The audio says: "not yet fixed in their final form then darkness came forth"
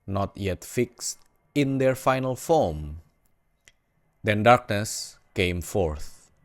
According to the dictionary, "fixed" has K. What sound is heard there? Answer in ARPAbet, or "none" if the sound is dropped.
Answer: K